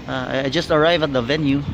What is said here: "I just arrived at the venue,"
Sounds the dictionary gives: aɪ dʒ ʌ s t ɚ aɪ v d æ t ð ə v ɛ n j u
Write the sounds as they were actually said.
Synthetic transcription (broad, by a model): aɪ dʒ ʌ s t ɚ aɪ v æ t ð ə v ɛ n j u